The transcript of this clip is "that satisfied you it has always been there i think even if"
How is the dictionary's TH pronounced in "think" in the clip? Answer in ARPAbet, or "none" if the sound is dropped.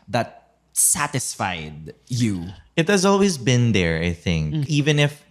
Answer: TH